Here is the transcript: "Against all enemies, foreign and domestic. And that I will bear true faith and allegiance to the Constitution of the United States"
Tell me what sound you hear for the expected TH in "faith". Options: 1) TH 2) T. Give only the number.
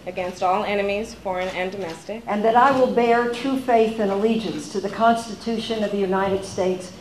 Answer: 1